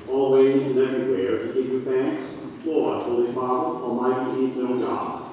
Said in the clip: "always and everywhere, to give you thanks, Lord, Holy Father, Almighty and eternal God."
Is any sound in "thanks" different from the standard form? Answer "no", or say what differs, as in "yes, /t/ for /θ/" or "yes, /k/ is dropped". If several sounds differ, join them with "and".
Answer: no